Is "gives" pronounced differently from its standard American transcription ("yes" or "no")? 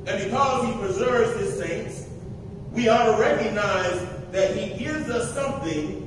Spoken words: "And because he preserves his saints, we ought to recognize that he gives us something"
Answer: no